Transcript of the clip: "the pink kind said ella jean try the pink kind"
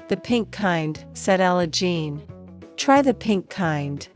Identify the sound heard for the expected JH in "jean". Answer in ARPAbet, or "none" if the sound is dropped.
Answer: JH